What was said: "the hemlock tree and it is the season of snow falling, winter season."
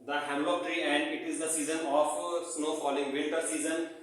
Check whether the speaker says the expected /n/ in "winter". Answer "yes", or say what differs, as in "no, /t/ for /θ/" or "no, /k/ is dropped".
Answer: no, /l/ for /n/